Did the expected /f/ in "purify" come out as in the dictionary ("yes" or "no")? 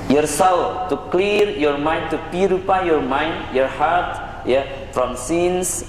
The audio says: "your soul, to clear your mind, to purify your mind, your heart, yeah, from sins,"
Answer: no